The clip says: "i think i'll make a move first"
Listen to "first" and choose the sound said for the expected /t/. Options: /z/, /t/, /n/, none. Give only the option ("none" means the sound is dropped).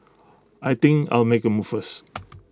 none